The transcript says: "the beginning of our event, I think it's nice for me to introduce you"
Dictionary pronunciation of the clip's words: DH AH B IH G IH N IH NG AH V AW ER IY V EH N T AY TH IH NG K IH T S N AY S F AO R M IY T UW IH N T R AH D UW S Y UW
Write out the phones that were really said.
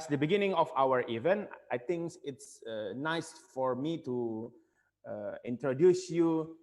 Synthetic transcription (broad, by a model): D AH B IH G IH N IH NG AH F AW ER IY V EH N T AY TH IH NG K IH T S N AY S F AO R M IY T UW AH N T R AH D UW S Y UW